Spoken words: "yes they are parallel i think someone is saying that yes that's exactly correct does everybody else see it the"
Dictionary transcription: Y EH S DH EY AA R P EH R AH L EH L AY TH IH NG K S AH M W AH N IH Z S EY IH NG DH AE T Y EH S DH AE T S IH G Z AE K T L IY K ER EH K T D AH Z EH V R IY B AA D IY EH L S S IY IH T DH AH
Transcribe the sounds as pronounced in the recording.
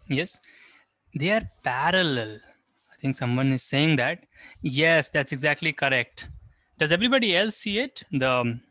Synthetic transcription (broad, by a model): Y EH S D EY AA R P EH R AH L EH L AY T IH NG K S AH M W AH N IH Z S EY IH NG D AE T Y EH S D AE T S IH G Z AE K T L IY K ER EH K T D AH Z EH V R IY B AA D IY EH L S S IY IH T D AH